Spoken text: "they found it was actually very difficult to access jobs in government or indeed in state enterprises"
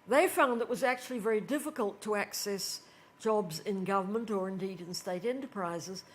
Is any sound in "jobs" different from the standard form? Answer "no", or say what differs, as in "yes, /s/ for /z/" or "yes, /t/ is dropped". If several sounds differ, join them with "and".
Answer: no